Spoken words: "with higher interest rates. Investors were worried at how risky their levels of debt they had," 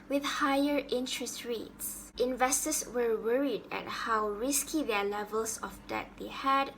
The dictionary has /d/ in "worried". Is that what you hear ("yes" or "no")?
yes